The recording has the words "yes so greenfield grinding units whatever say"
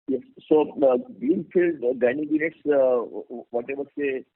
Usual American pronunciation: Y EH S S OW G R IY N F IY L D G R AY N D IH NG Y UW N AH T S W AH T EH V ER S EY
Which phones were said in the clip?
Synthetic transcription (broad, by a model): Y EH S S OW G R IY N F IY L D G AY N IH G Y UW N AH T S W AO T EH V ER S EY